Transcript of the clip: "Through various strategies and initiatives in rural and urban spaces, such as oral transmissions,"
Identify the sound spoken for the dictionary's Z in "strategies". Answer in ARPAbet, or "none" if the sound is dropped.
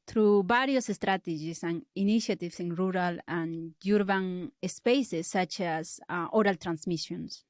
S